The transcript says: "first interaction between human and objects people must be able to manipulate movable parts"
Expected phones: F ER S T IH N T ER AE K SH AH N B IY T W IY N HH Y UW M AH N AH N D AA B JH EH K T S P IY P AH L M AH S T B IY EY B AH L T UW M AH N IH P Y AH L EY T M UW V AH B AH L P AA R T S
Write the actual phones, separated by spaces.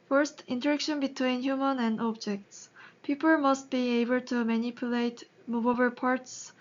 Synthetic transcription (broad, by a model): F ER S T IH N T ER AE K SH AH N B IY T W IY N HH Y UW M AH N AH N D AA B JH EH K T S P IY P AH L M AH S T B IY EY B AH L T UW M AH N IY P Y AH L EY T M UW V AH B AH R P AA R T S